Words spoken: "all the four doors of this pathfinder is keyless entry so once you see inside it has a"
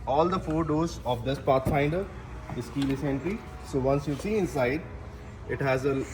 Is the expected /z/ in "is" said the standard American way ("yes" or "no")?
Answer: no